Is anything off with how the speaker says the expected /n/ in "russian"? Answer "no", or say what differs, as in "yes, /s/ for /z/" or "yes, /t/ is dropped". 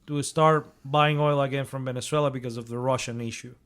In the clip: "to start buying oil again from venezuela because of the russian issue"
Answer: no